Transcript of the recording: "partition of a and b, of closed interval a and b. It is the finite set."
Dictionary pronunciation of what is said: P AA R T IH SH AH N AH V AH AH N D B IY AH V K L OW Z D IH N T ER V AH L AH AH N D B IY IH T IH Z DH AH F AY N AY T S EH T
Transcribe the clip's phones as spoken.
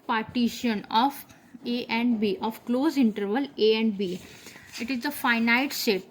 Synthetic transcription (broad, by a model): P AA R T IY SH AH N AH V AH AH N D B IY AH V K L OW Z IH N T ER V AH L AH AH N D B IY IH T IH Z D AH F AY N AY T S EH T